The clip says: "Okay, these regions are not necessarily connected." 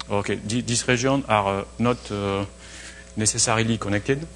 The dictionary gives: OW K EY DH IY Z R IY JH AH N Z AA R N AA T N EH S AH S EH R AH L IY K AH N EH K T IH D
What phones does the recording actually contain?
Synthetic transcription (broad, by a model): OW K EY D IY S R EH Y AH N AA R N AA T N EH S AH S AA R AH L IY K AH N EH K T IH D